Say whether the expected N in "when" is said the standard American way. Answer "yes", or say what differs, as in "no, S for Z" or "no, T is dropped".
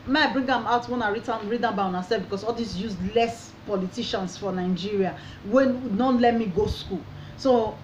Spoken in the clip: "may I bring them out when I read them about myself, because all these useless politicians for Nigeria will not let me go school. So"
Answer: yes